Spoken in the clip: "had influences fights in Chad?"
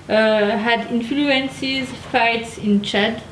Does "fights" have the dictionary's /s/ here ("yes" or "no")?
yes